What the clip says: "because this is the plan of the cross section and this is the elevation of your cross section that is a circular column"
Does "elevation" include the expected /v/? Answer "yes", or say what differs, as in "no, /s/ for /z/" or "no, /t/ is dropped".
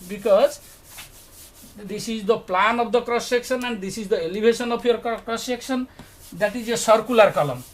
no, /b/ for /v/